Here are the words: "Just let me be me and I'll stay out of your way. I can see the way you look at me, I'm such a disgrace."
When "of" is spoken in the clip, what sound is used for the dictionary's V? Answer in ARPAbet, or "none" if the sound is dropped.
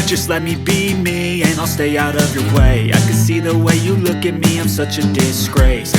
V